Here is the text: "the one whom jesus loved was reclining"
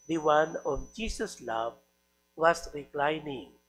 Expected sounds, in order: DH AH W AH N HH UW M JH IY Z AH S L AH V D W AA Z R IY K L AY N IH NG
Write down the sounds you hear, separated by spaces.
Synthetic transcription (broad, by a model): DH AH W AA N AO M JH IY S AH S L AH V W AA S R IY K L AY N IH NG